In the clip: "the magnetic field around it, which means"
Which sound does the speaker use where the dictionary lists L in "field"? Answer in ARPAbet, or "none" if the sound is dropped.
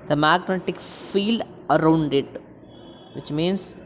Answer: L